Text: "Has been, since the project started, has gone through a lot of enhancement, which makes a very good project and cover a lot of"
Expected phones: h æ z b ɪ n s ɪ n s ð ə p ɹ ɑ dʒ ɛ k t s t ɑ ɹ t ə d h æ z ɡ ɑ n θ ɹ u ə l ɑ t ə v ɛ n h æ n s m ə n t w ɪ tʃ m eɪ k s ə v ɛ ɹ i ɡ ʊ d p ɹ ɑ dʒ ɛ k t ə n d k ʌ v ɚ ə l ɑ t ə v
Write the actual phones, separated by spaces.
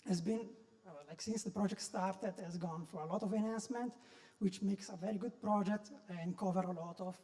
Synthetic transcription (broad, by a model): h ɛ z b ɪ n s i n s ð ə p ɹ ɑ dʒ ɛ k t s t ɑ ɹ t ə d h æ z ɡ ɑ n f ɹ ə l ɑ t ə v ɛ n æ n s m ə n t w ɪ tʃ m eɪ k s ə v ɛ ɹ i ɡ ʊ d p ɹ ɑ dʒ ɛ k t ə n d k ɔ v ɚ ə l ɑ t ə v